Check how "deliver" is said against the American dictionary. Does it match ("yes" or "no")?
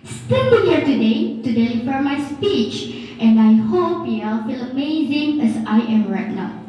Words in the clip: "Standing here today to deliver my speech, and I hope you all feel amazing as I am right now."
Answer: no